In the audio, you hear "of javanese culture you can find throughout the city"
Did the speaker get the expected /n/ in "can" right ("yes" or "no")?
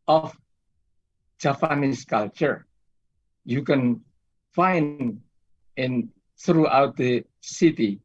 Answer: yes